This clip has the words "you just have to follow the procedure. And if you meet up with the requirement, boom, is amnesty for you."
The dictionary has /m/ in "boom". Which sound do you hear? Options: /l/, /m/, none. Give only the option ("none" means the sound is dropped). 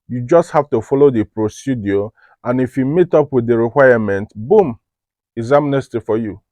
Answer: /m/